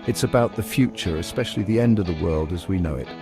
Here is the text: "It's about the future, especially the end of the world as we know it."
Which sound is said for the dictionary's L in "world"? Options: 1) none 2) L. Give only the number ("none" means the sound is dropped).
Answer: 2